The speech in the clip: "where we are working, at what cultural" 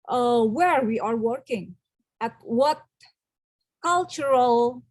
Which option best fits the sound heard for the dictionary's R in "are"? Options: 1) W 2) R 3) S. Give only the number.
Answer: 2